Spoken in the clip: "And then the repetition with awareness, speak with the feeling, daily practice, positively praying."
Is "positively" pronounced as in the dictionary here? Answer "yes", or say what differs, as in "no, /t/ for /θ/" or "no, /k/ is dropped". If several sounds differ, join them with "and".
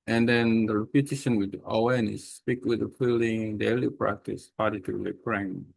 no, /v/ is dropped